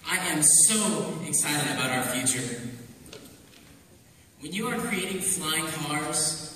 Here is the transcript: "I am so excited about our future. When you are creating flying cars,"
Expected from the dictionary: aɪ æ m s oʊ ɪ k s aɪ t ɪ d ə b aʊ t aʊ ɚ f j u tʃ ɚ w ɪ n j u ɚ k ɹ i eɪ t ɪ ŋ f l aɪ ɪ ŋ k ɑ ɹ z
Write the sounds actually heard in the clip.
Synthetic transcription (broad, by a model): aɪ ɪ m s oʊ ɪ k s aɪ t ɪ d ə b aʊ t aʊ ɚ f j u tʃ ɚ w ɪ n j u ɚ k ɹ i eɪ t ɪ ŋ f l aɪ ɪ ŋ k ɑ ɹ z